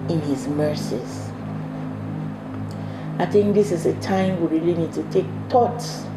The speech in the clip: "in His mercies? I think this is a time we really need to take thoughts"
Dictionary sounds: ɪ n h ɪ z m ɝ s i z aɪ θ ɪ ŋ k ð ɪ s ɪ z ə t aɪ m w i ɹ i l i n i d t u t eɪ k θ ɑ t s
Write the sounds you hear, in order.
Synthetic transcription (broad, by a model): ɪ n h ɪ z m ɝ s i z aɪ θ ɪ ŋ k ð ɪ s ɪ z ə t aɪ m w i ɹ i l i n i d t u t eɪ k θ ɑ t